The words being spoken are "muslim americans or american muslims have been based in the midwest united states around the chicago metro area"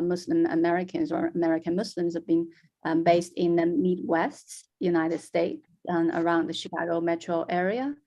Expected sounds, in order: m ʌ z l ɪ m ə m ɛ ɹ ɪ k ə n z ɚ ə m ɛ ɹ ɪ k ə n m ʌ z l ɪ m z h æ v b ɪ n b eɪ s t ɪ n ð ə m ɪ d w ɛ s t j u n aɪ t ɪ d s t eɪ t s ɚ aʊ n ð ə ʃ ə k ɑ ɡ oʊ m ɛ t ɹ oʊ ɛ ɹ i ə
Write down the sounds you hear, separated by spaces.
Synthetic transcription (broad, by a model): m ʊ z l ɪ m ə m ɛ ɹ ɪ k ə n z ɚ ə m ɛ ɹ ɪ k ə n m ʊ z l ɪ m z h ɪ v b ɪ n b eɪ s t ɪ n ð ə m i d w ɛ s t j u n aɪ t ɪ d s t eɪ t s ɚ aʊ n ð ə ʃ ə k ɑ ɡ oʊ m ɛ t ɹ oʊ ɛ ɹ i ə